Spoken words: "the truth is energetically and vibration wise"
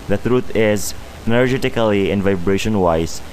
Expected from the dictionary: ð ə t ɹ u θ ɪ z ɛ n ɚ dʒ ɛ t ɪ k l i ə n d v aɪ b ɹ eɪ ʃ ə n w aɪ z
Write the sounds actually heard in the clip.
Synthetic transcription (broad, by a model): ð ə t ɹ u t ɪ z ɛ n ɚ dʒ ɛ t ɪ k l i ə n v aɪ b ɹ eɪ ʃ ə n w aɪ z